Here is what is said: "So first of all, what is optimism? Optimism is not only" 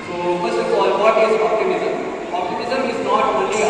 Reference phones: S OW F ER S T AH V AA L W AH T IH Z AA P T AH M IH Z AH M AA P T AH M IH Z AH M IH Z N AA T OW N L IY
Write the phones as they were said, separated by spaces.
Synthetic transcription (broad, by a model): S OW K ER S AH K AA L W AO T IH Z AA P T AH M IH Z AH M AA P T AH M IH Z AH M IH Z N AA T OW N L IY